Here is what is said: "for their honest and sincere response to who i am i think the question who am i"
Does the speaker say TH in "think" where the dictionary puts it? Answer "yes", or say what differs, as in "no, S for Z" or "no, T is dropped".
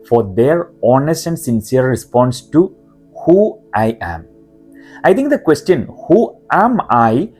no, T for TH